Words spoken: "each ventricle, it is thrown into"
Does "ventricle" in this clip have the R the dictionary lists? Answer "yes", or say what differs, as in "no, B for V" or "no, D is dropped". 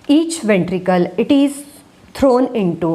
yes